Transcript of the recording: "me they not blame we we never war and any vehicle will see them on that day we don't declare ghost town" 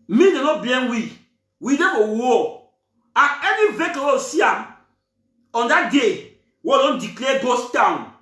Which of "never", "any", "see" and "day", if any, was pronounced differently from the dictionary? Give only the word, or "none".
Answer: never